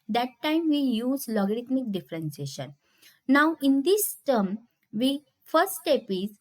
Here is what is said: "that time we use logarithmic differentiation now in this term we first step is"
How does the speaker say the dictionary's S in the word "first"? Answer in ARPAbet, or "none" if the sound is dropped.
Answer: none